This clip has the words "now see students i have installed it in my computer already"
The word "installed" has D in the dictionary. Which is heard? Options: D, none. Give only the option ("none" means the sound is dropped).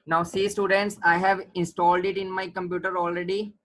D